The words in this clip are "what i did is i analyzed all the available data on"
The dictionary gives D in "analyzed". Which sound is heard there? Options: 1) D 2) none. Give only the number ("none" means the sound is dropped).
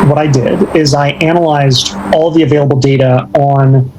1